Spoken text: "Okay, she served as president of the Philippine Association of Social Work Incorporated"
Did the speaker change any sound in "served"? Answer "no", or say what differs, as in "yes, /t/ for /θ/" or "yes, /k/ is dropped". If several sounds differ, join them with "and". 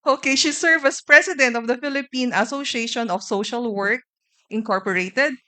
yes, /d/ is dropped